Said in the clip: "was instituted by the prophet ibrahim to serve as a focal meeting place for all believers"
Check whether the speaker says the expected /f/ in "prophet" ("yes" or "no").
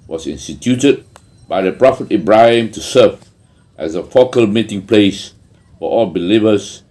yes